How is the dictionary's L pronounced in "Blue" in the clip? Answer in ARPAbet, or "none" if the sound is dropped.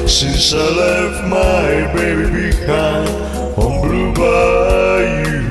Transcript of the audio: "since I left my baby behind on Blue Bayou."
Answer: L